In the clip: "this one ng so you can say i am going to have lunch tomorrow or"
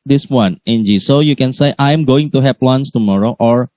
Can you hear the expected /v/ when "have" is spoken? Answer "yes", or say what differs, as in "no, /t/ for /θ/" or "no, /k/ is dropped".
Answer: no, /p/ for /v/